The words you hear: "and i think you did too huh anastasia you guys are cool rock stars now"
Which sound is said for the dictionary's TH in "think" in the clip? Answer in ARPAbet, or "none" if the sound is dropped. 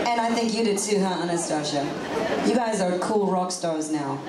TH